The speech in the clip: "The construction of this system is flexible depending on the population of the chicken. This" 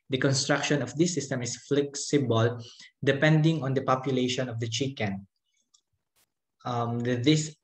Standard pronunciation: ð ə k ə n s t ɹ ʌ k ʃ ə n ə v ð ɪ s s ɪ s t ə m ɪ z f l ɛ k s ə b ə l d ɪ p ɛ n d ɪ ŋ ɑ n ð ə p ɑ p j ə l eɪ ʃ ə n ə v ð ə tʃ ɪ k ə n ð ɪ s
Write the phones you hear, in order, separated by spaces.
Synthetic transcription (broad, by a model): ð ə k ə n s t ɹ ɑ k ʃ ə n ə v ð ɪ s s ɪ s t ə m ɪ s f l ɛ k s ə b ə l d ɪ p ɛ n d ɪ ŋ ɑ n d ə p ɑ p j ə l eɪ ʃ ə n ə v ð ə tʃ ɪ k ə n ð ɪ s